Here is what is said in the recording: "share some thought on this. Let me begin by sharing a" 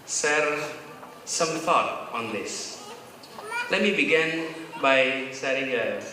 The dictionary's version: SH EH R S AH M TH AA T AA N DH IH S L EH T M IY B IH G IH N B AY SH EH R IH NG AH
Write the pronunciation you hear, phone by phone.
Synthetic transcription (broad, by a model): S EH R S AH M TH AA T AA N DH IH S L EH T M IY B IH G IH N B AY S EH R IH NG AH